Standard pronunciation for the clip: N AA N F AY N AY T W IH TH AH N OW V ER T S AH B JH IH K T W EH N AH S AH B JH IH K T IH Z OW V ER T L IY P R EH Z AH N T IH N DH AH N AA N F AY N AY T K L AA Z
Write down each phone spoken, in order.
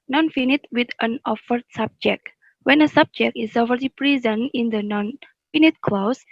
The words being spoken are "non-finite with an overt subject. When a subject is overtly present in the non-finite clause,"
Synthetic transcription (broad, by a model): N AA N F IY N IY T W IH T AH N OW F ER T S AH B JH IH K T W EH N AH S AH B JH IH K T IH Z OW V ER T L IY P R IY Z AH N IH N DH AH N AA N F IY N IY T K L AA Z